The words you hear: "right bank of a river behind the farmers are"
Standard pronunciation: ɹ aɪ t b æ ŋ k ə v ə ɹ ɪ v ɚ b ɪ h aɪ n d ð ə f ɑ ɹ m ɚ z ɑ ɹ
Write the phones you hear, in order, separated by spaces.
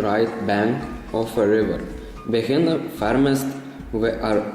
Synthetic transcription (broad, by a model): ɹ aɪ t b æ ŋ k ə f ə ɹ ɪ v ɚ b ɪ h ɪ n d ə f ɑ ɹ m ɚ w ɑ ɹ